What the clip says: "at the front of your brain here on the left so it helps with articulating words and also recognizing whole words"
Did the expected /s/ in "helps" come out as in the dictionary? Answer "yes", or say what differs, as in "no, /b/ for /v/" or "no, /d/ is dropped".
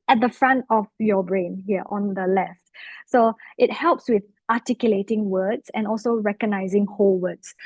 yes